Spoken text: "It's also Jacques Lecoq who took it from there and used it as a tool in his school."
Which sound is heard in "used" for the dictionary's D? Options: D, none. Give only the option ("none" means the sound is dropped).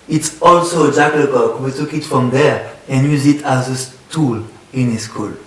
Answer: none